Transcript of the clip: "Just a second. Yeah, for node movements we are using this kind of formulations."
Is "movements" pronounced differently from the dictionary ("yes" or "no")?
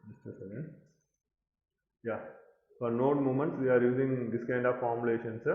yes